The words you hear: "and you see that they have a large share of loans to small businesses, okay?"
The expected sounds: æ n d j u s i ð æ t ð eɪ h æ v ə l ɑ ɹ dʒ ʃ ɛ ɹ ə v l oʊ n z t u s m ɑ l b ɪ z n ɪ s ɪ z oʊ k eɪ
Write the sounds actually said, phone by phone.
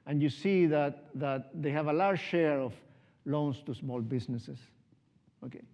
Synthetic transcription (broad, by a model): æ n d j u s i ð æ t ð eɪ h æ v ə l ɑ ɹ dʒ ʃ ɛ ɹ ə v l oʊ n s t u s m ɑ l b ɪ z n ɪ s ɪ s oʊ k eɪ